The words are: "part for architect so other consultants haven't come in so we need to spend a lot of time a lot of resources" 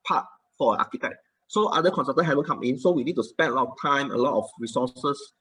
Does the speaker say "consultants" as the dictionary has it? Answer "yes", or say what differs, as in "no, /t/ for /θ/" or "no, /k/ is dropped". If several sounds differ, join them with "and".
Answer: no, /l/ is dropped